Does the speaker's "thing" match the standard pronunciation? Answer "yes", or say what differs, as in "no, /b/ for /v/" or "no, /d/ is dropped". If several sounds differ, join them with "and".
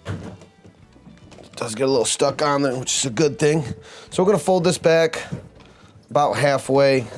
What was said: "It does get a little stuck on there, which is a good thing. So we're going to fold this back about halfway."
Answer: yes